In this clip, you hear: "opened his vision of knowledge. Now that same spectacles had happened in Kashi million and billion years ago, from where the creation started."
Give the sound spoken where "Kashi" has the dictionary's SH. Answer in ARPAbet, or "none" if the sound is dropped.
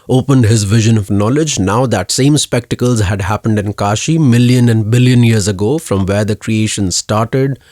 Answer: SH